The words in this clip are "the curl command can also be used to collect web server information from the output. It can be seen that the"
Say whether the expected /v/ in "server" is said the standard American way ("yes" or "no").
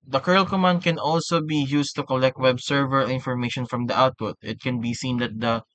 yes